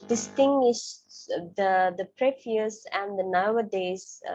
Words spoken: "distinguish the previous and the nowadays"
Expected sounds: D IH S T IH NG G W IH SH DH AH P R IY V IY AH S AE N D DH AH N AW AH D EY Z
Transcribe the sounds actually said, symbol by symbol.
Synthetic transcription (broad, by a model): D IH S T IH NG G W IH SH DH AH P R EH F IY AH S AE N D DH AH N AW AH D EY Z